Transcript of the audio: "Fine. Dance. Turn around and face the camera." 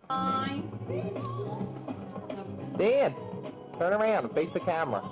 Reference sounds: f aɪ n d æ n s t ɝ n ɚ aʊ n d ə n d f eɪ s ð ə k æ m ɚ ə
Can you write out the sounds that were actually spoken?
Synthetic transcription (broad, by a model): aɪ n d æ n t ɝ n ɚ aʊ n d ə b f eɪ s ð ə k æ m ɚ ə